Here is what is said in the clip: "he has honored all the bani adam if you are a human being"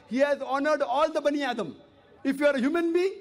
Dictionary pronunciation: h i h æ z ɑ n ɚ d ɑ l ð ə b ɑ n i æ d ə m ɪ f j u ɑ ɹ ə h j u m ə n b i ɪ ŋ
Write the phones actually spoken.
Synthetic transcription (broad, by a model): h i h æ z ɑ n ɚ d ɑ l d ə b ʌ n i æ d ə m ɪ f j u ɑ ɹ ə h j u m ə n b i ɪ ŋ